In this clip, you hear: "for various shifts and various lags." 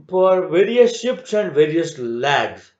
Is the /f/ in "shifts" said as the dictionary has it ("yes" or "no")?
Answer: no